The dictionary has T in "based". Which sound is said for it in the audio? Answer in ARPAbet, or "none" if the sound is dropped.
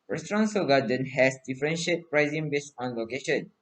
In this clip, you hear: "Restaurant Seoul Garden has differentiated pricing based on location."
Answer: none